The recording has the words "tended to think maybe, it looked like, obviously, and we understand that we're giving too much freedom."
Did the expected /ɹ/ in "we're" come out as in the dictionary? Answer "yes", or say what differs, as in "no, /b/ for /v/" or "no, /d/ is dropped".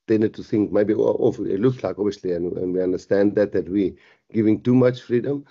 no, /w/ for /ɹ/